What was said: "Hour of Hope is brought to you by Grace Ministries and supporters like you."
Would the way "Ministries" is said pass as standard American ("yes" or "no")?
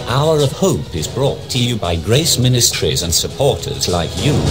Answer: yes